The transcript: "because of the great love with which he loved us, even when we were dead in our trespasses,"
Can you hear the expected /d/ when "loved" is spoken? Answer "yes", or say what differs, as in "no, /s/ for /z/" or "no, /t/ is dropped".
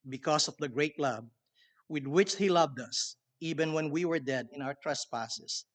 yes